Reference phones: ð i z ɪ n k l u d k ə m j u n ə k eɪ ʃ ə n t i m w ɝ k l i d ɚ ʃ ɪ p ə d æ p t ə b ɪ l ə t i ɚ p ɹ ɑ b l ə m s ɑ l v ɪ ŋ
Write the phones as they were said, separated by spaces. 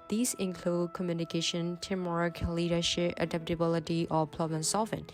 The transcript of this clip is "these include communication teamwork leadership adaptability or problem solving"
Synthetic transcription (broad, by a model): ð i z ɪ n k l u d k ə m j u n ə k eɪ ʃ ə n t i m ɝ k l i d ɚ ʃ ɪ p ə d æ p t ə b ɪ l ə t i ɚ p l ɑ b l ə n s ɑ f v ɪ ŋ